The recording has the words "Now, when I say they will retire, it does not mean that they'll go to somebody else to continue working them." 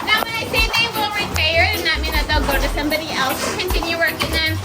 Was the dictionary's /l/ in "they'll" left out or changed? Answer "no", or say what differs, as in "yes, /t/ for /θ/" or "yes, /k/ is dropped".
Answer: no